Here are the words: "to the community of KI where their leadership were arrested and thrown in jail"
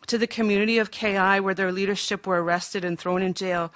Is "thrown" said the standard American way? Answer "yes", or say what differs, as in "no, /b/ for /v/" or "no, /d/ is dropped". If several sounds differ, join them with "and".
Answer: yes